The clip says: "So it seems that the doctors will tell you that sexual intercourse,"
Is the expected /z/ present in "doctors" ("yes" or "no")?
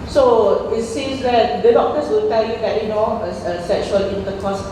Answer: no